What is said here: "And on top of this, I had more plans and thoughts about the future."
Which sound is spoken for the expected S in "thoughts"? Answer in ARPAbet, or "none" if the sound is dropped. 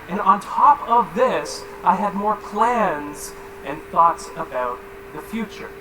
S